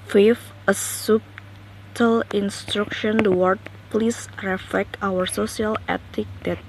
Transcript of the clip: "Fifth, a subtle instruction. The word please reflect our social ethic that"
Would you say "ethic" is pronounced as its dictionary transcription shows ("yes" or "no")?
no